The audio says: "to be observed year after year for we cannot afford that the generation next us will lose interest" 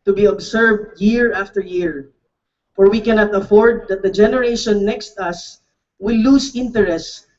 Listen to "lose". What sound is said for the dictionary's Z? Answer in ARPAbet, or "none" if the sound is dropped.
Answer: S